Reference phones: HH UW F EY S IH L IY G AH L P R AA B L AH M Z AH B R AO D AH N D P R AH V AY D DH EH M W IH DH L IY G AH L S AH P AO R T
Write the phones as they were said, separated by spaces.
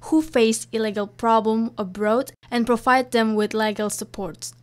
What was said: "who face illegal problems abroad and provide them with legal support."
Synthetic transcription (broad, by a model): HH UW F EY S IH L IY G AH L P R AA B L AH M AH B R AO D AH N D P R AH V AY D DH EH M W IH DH L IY G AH L S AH P AO R T